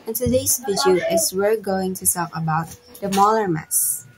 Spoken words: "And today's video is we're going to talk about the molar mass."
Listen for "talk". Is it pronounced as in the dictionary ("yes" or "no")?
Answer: no